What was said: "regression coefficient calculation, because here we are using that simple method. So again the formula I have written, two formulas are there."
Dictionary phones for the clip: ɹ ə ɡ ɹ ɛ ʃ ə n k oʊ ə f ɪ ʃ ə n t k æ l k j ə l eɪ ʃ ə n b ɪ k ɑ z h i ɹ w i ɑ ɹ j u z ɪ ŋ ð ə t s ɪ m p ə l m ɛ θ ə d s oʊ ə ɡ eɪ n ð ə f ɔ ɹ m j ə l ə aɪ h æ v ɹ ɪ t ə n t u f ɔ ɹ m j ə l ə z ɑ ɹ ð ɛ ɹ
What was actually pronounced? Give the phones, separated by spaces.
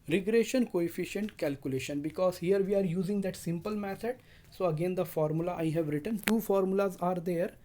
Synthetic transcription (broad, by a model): ɹ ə ɡ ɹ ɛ ʃ ə n k oʊ ə f ɪ ʃ ə n t k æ l k j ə l eɪ ʃ ə n b ɪ k ɑ z h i ɹ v i ɑ ɹ j u z ɪ ŋ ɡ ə t s ɪ m p ə l m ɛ t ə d s oʊ ə ɡ eɪ n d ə f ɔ ɹ m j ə l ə aɪ h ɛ v ɹ ɪ t ə n t u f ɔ ɹ m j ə l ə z ɑ ɹ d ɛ ɹ